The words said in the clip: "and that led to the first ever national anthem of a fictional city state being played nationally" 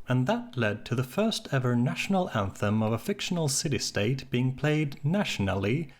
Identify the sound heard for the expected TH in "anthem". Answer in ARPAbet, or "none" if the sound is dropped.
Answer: TH